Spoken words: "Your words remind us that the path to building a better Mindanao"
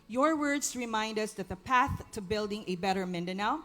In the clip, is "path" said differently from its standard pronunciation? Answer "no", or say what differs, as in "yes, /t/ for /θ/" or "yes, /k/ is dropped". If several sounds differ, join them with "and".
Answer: no